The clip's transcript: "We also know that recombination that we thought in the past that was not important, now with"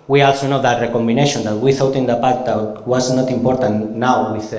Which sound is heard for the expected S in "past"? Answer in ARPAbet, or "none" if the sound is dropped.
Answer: none